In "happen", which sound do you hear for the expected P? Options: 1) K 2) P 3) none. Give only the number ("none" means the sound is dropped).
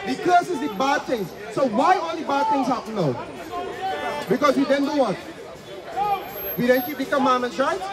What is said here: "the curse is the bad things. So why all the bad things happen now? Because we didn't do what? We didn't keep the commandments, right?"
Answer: 3